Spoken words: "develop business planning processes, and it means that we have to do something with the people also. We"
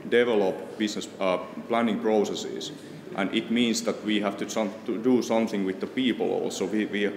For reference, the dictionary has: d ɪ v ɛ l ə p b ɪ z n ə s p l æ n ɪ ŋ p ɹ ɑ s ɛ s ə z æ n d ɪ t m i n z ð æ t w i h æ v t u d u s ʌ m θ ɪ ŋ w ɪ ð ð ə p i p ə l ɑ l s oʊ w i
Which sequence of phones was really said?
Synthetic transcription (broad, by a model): d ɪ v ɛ l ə p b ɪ s n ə s p l æ n ɪ ŋ p ɹ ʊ s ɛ s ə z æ n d ɪ t m i n s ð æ t w i h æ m t u d u s ʌ m θ ɪ ŋ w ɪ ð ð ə p i p ə l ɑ l s oʊ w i